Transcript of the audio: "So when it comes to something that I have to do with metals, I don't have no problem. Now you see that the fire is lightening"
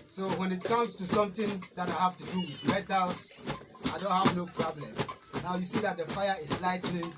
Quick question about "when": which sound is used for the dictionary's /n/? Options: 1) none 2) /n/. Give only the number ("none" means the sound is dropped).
2